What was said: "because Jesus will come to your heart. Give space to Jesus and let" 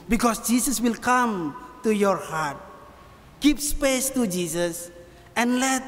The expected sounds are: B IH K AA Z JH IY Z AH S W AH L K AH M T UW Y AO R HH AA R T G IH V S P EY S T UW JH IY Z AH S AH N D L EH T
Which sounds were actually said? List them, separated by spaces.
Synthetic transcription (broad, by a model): B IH K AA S JH IY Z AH S W AH L K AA M T UW Y AO R HH AA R T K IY P S P EY S T UW JH IY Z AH S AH N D L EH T